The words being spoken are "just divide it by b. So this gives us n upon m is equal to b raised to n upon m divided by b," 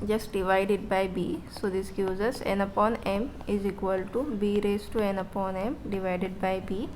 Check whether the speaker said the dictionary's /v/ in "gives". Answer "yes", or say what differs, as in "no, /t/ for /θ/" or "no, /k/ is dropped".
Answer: no, /v/ is dropped